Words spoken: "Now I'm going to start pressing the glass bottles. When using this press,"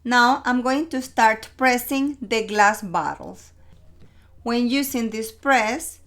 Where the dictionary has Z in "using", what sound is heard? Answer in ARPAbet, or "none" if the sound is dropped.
S